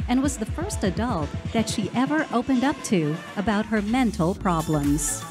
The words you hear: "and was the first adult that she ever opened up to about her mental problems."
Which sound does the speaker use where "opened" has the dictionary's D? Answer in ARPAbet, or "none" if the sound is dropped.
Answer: D